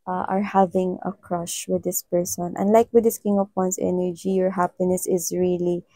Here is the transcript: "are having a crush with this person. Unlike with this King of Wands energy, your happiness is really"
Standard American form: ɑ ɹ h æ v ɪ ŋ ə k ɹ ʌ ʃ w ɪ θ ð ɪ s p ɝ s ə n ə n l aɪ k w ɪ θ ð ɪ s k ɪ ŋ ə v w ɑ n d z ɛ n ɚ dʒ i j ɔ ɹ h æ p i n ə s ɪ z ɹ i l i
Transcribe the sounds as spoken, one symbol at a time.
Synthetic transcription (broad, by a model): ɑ ɹ h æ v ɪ ŋ ə k ɹ ʌ ʃ w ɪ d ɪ s p ɝ s ə n ə n l aɪ k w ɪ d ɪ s k ɪ ŋ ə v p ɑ n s ɛ n ɚ dʒ i j ɔ ɹ h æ p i n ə s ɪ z ɹ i l i